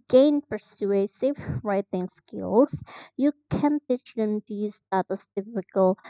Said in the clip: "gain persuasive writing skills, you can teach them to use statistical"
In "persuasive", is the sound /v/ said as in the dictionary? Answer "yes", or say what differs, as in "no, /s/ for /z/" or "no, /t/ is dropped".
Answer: no, /f/ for /v/